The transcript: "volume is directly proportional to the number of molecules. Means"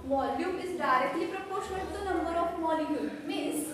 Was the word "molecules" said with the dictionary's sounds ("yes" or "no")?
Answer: no